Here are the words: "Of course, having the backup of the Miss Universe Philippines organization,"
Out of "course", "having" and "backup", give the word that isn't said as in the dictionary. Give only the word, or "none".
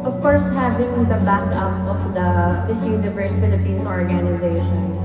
none